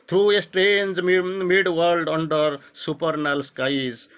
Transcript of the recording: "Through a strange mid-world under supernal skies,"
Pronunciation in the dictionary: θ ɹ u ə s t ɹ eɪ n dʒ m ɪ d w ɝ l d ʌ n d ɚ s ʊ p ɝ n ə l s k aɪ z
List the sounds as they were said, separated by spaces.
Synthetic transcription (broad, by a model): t ɹ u ə s t ɹ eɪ n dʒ m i d w ɝ l d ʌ n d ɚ s ʊ p ɝ n ə l s k aɪ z